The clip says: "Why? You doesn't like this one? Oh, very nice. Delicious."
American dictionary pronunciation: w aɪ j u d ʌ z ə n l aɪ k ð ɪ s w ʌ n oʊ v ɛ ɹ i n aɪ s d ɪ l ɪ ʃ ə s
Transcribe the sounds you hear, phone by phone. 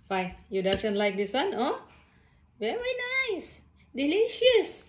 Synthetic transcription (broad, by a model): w aɪ j u d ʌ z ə n l aɪ k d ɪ s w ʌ n oʊ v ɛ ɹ i n aɪ s d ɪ l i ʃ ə s